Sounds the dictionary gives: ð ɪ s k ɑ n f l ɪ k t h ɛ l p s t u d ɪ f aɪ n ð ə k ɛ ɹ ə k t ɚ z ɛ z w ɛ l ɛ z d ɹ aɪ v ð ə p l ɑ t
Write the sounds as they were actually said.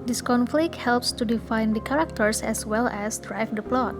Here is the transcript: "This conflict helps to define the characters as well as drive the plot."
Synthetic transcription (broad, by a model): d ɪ s k ɑ n f l ɪ k t h ɛ l p s t u d ɪ f aɪ n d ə k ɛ ɹ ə k t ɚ s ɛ s w ɛ l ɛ s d ɹ aɪ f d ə p l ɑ t